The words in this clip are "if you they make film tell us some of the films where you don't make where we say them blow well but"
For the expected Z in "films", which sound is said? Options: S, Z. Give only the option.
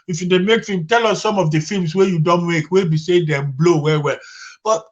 S